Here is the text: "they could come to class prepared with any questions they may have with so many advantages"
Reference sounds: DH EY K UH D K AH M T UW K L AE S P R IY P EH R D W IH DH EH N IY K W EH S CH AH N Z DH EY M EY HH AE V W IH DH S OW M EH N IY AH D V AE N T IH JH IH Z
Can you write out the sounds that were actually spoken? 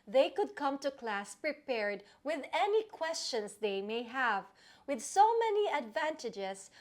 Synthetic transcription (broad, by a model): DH EY K UH D K AH M T UW K L AE S P R IY P EH R D W IH DH EH N IY K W EH S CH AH N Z DH EY M EY HH AE V W IH DH S OW M EH N IY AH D V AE N T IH JH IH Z